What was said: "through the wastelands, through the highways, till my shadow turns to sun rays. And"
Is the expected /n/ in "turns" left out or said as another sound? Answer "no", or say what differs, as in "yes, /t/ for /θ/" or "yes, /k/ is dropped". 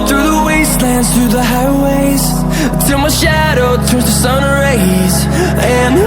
yes, /n/ is dropped